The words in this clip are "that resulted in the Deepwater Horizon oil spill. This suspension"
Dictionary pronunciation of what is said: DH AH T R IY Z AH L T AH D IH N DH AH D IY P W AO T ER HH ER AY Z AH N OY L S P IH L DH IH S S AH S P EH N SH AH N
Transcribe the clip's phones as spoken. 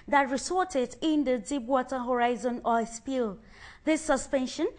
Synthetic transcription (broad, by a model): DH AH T R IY S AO T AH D IH N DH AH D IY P W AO T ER HH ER AY Z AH N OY S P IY L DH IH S S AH S P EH N SH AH N